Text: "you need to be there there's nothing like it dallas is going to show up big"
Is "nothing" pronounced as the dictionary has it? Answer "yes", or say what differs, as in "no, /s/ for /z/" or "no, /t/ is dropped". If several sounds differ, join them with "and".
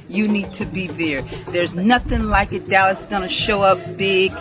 yes